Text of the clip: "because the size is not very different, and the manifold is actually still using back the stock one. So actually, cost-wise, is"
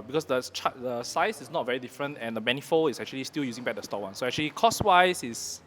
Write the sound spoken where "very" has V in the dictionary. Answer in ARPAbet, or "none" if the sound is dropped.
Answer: V